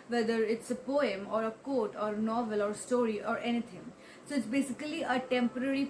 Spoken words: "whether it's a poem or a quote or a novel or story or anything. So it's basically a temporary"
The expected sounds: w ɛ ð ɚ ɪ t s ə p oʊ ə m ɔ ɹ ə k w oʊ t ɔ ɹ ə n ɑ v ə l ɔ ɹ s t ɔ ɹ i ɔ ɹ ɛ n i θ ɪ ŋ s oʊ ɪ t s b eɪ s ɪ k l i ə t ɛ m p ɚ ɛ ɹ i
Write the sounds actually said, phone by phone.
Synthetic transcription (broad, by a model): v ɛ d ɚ ɪ t s ə p oʊ ə m ɔ ɹ ə k oʊ t ɔ ɹ n ɑ v ə l ɔ ɹ s t ɔ ɹ i ɔ ɹ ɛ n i t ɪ ŋ s oʊ ɪ t s b eɪ s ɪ k l i ə t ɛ m p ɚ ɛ ɹ i